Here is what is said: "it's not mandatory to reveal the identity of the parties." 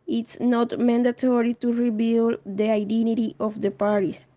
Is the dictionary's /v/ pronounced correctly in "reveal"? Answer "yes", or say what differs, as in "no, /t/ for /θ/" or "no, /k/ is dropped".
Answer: no, /b/ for /v/